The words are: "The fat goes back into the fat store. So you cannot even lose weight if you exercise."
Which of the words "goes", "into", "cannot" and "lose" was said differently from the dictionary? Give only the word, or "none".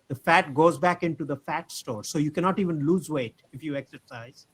none